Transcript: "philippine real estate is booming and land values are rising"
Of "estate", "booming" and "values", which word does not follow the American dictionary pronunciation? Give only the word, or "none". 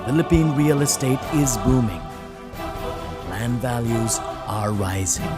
none